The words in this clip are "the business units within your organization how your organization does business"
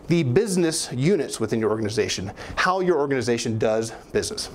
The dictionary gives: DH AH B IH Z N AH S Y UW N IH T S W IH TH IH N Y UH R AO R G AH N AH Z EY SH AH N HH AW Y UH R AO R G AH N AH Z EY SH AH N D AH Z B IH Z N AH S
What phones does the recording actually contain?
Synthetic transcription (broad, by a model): DH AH B IH Z N AH S Y UW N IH T S W IH TH IH N Y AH R AO R G AH N AH Z EY SH AH N HH AW Y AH R AO R G AH N AH Z EY SH AH N D AH Z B IH Z N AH S